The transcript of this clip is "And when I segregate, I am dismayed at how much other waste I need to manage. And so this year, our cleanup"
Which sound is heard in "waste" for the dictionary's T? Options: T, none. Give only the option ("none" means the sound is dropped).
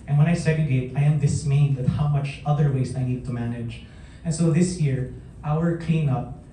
none